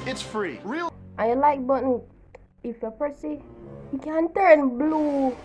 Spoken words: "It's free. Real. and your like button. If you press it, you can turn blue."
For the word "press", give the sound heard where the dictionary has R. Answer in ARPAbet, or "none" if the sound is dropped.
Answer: none